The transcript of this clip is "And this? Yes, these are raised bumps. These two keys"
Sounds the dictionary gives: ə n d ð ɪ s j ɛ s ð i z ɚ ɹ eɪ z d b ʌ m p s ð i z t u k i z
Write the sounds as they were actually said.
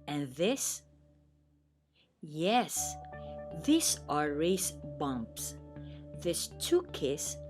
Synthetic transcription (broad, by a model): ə n ð ɪ s j ɛ s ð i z ɚ ɹ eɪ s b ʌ m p s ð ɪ s t u k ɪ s